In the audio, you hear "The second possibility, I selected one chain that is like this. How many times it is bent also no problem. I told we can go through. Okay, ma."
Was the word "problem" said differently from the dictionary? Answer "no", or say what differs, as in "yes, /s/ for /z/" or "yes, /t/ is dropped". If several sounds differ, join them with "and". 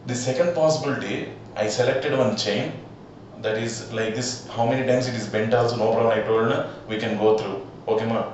yes, /m/ is dropped